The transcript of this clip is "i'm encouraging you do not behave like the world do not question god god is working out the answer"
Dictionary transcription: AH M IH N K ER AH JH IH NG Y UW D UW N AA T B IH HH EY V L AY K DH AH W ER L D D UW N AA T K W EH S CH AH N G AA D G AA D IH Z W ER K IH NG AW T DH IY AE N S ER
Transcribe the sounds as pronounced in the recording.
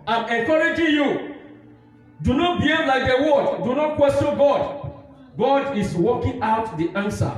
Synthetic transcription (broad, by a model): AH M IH K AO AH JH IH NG Y UW D UW N AA T B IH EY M L AY K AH W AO D D UW N AA T K W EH S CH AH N G AA D G AA D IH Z W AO K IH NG AW T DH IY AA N S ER